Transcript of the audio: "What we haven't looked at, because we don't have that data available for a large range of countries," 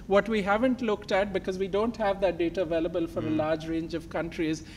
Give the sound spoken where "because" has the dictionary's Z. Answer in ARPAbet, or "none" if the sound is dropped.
Z